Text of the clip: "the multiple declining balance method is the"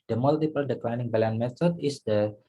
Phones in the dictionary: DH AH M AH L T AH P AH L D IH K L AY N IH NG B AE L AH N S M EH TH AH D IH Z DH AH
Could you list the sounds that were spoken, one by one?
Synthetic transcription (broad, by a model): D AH M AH L T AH P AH L D IH K L AY N IH NG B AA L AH N M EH T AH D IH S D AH